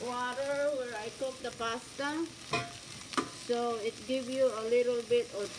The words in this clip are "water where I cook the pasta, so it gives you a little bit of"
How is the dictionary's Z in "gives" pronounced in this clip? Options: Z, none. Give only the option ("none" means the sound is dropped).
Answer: none